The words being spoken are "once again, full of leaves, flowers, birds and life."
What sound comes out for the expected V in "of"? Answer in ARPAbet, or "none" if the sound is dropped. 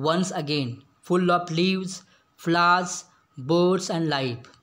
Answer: P